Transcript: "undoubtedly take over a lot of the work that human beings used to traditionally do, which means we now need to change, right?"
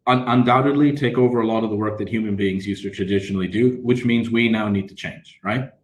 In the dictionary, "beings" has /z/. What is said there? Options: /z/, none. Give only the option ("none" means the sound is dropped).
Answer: /z/